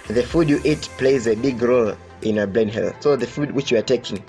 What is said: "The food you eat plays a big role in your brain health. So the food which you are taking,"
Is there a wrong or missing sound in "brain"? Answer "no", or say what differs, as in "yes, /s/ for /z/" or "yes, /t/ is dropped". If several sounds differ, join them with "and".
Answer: yes, /l/ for /ɹ/